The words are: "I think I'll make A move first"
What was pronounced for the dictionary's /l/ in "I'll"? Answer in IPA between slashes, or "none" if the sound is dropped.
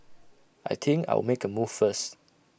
/w/